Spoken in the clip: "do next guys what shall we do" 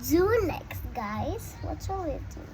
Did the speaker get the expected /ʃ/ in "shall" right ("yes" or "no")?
no